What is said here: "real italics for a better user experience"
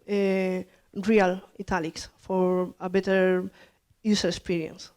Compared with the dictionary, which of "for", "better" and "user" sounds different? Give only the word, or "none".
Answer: user